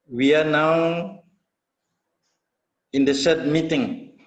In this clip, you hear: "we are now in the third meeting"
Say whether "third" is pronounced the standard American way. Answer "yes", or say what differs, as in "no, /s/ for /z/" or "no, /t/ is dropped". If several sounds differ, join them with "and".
no, /s/ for /θ/